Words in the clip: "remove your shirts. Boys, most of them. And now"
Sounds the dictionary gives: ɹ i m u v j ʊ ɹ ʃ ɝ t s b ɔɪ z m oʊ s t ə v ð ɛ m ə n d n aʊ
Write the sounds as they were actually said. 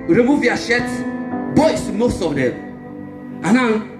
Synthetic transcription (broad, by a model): ɹ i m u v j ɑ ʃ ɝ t b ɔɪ s m oʊ s t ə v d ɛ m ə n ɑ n